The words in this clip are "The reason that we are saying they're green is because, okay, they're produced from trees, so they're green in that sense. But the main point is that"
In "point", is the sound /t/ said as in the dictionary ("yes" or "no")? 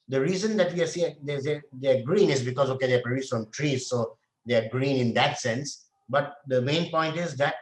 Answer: yes